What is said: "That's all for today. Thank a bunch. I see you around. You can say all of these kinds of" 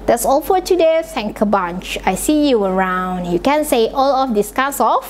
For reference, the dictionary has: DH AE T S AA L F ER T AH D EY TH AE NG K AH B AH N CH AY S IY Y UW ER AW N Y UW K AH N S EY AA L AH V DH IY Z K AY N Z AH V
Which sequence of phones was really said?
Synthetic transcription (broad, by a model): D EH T S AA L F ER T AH D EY S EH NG K AH B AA N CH AY S IY Y UW ER AW N Y UW K AH N S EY AA L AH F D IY S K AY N S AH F